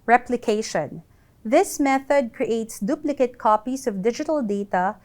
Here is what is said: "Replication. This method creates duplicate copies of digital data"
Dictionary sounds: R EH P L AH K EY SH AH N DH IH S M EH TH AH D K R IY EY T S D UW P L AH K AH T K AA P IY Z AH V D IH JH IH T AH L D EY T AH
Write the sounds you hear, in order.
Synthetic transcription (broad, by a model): R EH P L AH K EY SH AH N DH IH S M EH TH AH D K R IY EY T S D UW P L AH K AH T K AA P IY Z AH V D IH JH IH T AH L D EY T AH